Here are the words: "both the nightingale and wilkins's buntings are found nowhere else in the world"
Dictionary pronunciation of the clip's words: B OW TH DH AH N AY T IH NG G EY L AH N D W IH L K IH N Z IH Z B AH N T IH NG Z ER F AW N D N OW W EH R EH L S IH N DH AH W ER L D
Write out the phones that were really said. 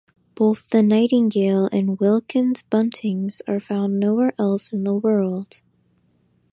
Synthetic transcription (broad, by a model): B OW TH DH AH N AY T IH NG G EY L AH N W IH L K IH N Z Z B AH N T IH NG Z ER F AW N N OW W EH R EH L S IH N DH AH W ER L D